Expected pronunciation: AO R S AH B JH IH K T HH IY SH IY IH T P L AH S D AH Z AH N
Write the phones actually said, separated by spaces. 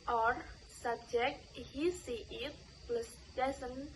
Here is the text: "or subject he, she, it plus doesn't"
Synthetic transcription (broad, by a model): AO R S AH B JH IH K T HH IY S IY IH T P L AH S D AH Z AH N